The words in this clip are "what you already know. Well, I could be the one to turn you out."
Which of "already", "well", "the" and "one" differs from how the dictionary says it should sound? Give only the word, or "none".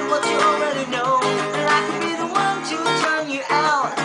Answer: well